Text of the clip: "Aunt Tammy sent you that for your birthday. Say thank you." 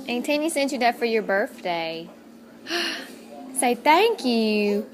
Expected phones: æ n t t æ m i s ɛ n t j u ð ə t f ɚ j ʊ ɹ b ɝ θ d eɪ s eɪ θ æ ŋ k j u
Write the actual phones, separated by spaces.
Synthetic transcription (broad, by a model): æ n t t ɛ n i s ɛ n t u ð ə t f ɚ j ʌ ɹ b ɝ θ d eɪ s eɪ θ æ ŋ k j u